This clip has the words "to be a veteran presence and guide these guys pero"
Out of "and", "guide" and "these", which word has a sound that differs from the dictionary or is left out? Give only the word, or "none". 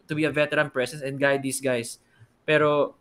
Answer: these